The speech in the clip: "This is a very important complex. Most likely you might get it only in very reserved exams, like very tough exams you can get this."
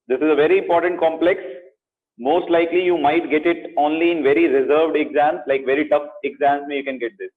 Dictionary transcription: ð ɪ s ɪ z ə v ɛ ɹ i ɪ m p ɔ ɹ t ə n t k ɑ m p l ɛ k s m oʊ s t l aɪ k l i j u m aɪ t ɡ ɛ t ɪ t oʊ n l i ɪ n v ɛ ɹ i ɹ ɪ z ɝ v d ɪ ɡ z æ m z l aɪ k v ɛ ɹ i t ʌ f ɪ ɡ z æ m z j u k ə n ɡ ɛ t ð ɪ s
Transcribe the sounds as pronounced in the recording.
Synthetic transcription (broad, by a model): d ɪ s ɪ z ə v ɛ ɹ i ɪ m p ɔ ɹ t ə n t k ɑ m p l ɛ k s m oʊ s t l aɪ k l i j u m aɪ t ɡ ɛ t ɪ t oʊ n l i ɪ n v ɛ ɹ i ɹ ɪ z ɝ v d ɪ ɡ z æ m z l aɪ k v ɛ ɹ i t ʌ f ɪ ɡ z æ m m j u k ə n ɡ ɛ t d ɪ s